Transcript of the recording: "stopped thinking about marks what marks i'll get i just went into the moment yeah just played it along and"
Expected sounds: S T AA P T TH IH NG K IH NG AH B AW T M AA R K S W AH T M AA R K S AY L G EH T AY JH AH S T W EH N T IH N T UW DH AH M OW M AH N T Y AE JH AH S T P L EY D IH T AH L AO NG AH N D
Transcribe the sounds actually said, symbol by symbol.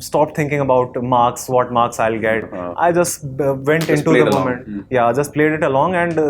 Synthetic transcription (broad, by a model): S T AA P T IH NG K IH NG AH B AW T M AA R K S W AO T M AA R K S AY L G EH T AY JH AH S T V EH N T IH N T UW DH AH M OW M AH N T Y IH JH AH S T P L EY D IH T AH L AO NG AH N D